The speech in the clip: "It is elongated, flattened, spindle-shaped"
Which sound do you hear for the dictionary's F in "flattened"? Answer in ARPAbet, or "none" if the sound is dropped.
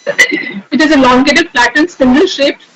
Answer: P